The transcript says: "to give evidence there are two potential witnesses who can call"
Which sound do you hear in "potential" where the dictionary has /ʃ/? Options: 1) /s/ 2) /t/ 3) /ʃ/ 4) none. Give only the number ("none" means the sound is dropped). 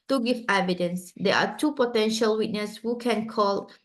3